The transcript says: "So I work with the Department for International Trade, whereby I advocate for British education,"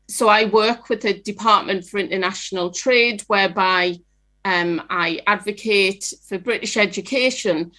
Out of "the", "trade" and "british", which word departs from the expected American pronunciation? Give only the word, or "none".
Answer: none